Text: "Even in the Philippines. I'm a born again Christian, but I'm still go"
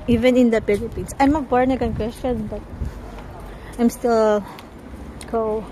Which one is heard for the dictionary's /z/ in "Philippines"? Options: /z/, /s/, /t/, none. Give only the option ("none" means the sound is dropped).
/s/